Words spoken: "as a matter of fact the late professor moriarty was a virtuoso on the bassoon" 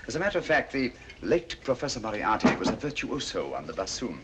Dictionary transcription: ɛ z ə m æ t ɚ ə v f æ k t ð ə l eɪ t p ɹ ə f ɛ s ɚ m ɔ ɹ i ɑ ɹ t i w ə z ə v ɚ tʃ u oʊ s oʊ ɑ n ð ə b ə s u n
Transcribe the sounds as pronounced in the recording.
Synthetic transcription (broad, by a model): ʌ z ə m æ t ɚ ə v f æ k t ð ə l eɪ t p ɹ ə f ɛ s ɚ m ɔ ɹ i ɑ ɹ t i w ə z ə v ɚ tʃ u oʊ s oʊ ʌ n ð ə b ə s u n